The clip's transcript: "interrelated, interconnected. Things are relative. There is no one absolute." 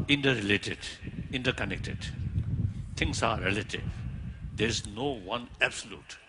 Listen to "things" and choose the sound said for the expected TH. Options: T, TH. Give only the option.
T